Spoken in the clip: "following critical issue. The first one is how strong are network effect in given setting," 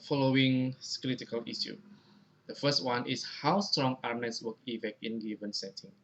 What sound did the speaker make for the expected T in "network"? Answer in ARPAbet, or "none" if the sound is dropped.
S